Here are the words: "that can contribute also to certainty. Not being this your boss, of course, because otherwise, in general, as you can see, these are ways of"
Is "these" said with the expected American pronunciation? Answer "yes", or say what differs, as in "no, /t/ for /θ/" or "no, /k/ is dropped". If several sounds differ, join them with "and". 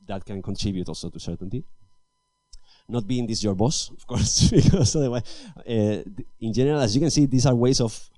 no, /s/ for /z/